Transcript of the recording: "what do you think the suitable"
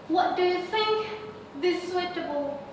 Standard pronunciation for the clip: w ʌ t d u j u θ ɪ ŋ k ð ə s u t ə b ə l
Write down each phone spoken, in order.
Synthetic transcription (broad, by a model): w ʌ t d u j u θ ɪ ŋ k ð ə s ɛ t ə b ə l